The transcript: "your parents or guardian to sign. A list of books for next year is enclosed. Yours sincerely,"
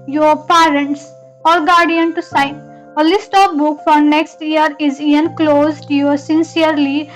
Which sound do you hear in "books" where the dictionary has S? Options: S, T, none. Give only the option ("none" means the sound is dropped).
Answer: none